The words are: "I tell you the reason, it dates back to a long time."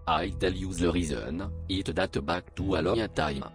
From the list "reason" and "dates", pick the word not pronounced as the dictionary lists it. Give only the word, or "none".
dates